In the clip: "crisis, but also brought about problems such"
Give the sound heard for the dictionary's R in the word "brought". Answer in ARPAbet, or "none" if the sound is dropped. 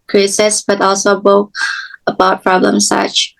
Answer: none